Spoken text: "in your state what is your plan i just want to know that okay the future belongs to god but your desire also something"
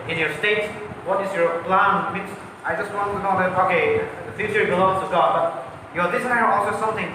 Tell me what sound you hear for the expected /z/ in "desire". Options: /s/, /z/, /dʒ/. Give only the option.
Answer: /s/